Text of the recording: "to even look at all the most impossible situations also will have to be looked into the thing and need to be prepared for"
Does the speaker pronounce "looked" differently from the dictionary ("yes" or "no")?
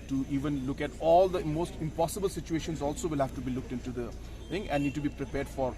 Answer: no